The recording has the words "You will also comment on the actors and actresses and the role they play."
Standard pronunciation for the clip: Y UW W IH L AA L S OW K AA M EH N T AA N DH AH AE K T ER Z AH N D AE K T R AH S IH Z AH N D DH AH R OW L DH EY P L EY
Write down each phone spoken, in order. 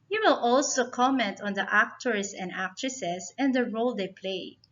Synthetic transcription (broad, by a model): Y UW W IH L AA L S OW K AA M EH N T AA N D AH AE K T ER S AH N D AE K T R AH S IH S AH N D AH R OW L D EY P L EY